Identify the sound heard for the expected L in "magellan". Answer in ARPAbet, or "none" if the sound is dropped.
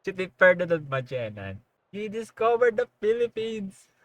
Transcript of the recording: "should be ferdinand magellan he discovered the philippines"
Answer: N